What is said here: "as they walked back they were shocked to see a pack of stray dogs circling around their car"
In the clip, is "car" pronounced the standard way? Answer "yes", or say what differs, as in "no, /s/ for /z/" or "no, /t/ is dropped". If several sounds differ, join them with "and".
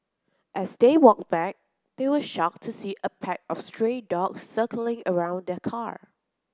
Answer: yes